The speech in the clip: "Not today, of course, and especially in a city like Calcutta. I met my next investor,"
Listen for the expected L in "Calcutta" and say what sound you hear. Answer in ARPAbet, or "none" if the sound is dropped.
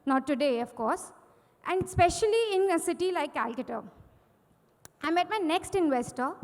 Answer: L